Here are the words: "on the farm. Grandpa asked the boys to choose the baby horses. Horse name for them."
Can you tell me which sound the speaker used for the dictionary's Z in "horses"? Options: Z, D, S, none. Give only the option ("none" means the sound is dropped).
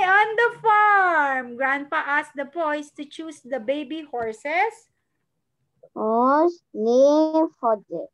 S